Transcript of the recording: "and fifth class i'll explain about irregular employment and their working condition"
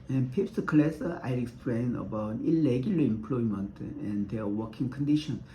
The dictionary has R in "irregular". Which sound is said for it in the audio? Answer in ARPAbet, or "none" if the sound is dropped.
L